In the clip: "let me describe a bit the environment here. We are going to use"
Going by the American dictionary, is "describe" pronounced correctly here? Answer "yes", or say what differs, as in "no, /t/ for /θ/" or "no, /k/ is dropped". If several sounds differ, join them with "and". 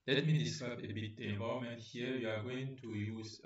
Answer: no, /ɹ/ is dropped